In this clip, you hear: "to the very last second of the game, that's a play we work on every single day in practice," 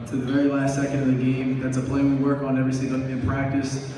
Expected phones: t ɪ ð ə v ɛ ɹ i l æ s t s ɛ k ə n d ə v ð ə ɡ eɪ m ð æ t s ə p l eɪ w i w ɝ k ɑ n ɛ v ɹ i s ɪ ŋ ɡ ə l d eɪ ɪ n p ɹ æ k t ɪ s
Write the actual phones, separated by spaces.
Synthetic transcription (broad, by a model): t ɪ ð ə v ɛ ɹ i l æ s t s ɛ k ə n d ə v ð ə ɡ eɪ m ð æ t s ə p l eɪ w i w ɝ k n ɛ v ɹ i θ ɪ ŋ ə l ɪ n p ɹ æ k t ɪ s